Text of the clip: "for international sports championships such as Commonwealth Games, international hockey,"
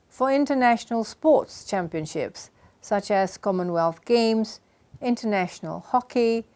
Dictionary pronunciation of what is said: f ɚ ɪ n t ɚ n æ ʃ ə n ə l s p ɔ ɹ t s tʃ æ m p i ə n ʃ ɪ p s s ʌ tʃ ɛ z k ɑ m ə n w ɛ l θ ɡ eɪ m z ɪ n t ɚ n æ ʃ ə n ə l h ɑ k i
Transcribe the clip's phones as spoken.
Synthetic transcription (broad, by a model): f ɚ ɪ n t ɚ n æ ʃ ə n ə l s p ɔ t s tʃ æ m p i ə n ʃ ɪ p s s ʌ tʃ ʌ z k ɑ m ə n w ɛ l θ ɡ eɪ m z ɪ n t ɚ n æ ʃ ə n ə l h ɑ k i